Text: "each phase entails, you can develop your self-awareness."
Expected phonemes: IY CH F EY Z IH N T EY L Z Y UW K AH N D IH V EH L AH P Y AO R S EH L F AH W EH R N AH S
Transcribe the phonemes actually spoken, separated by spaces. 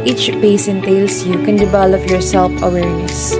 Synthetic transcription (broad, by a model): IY CH P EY S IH N T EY L S Y UW K AH N D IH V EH L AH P Y AO R S EH L F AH W EH R N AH S